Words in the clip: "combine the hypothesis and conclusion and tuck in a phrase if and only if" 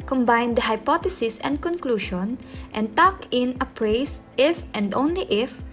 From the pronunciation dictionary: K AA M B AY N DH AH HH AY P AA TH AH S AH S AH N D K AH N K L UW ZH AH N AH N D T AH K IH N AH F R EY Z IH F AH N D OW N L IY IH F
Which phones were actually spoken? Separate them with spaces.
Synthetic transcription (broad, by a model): K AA M B AY N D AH HH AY P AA T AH S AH S AH N D K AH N K L UW SH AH N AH N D T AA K IH N AH P R EY S IH F AH N D OW N L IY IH F